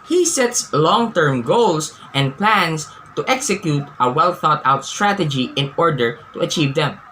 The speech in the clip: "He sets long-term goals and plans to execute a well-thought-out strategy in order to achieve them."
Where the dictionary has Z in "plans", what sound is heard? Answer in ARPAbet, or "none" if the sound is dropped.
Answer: S